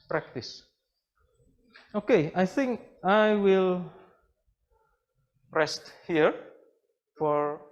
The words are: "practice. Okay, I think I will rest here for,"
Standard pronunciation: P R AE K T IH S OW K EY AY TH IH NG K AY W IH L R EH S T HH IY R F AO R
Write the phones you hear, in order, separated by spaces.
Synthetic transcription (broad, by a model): P R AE K T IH S OW K EY AY TH IH NG K AY W IH L R EH S T HH IY R F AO R